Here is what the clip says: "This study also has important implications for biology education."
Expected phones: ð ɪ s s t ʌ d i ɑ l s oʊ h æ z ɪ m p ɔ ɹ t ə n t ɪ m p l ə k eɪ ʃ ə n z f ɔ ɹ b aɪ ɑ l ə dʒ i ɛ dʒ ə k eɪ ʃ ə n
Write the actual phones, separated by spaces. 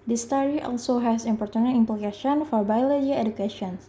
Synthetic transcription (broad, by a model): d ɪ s s t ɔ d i ɑ l s oʊ h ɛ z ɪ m p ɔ ɹ t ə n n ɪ m p l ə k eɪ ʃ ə n f ɔ ɹ b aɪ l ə i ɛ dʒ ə k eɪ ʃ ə n